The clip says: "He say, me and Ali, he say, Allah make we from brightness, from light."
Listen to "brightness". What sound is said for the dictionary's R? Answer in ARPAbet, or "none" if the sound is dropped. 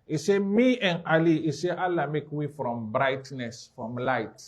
R